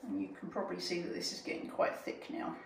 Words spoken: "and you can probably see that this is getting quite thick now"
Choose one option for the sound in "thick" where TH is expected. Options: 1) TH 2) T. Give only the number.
1